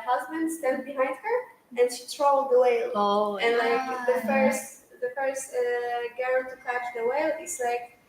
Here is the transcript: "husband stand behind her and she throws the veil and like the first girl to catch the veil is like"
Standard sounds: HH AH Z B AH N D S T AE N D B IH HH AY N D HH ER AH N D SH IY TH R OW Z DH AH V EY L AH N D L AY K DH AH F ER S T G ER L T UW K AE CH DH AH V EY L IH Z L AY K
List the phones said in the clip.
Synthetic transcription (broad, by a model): HH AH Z B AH N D S T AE N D B IH HH AY N D HH ER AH N SH IY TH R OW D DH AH W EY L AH N L AY K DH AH F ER S T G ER N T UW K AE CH DH AH W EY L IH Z L AY K